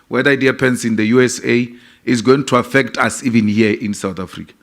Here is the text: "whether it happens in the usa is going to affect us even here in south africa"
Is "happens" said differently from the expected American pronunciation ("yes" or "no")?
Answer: yes